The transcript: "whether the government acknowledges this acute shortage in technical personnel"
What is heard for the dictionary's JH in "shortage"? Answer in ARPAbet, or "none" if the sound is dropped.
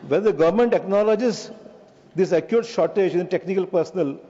JH